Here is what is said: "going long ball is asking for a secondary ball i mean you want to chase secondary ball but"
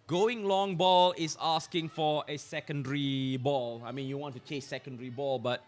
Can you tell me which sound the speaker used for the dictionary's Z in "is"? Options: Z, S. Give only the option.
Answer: S